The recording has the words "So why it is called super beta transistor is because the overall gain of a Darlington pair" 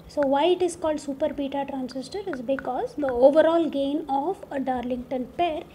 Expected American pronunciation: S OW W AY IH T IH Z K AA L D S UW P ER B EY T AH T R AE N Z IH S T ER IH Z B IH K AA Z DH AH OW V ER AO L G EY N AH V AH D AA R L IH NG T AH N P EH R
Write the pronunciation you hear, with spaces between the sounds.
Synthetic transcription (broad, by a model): S OW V AY IH T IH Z K AA L D S UW P ER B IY T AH T R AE N S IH S T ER IH Z B IH K AA Z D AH OW V ER AO L G EY N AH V AH D AA R L IH NG T AH N P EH R